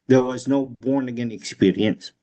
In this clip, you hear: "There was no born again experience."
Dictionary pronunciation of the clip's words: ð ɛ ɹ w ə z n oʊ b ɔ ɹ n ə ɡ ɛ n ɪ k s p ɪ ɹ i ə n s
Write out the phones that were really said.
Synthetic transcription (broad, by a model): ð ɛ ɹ w ə z n oʊ b ɔ ɹ n ə ɡ ɛ n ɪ k s p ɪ ɹ i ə n s